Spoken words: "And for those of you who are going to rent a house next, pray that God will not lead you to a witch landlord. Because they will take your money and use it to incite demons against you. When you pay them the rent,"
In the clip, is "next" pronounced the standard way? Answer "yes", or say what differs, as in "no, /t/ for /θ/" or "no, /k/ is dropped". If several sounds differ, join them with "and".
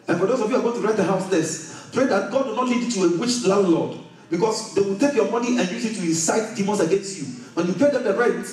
no, /k/ is dropped